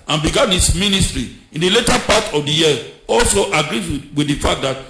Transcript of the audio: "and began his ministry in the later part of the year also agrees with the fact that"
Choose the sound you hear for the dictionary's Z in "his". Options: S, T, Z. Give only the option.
S